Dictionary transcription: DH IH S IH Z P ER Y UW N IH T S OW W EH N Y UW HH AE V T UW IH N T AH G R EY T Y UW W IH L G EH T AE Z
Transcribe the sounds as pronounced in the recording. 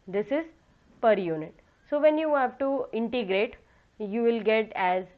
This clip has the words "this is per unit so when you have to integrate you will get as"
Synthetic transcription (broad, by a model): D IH S IH Z P ER Y UW N IH T S OW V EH N Y UW HH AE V T UW IH N T AH G R EY T Y UW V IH L G EH T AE Z